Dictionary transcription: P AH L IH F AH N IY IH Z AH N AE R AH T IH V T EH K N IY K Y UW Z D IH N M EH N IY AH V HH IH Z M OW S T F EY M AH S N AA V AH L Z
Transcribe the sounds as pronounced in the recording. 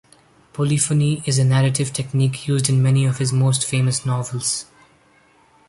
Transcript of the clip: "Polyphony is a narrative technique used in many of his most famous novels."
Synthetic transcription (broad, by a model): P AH L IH F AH N IY IH Z AH N AE R AH T IH V T EH K N IY K Y UW Z D IH N M EH N IY AH V HH IH Z M OW S T F EY M AH S N AA V AH L Z